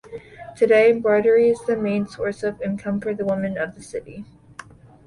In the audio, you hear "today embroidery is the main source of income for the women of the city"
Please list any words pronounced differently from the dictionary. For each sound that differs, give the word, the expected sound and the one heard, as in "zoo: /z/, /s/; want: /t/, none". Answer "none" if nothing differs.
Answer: embroidery: /m/, none